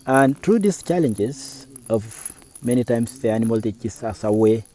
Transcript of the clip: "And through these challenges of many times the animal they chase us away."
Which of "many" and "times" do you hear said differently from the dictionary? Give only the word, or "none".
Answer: times